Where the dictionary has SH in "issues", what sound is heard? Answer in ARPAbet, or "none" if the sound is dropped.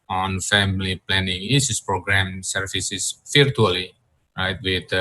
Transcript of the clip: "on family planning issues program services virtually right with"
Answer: S